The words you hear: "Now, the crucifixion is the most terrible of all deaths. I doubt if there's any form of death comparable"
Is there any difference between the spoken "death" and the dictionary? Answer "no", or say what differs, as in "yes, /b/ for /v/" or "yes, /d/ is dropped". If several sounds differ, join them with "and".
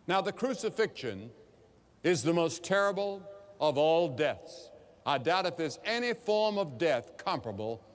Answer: no